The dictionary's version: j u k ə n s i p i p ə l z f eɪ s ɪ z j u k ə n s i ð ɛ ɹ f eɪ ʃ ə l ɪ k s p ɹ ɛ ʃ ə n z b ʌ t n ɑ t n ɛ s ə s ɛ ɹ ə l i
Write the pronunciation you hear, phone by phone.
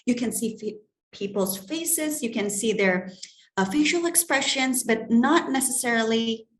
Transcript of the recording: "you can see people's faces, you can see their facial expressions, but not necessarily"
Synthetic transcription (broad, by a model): j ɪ k ə n s i p i p l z f eɪ s ɪ z j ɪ k ə n s i ð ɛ ɹ f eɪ ʃ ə l ɪ k s p ɹ ɛ ʃ ə n z b ʌ t n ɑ t n ɛ s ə s ɛ ɹ l i